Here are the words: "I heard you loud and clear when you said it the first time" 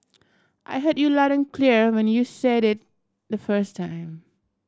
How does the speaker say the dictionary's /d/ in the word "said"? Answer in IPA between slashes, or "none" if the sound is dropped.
/d/